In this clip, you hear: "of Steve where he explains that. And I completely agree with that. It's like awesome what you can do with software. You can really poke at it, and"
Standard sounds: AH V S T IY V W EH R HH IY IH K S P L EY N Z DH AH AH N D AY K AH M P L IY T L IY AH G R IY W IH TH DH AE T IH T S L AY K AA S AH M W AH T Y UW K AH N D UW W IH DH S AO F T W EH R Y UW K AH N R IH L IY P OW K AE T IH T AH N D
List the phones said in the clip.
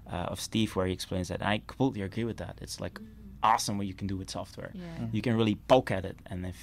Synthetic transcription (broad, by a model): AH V S T IY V W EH R HH IY IH K S P L EY N Z DH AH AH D AY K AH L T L IY AH G R IY W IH DH AE T IH T S L AY K AA S AH M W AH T Y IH K N D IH W IH DH S AO F T W EH R Y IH K AH N R IH L IY B OW K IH T IH T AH N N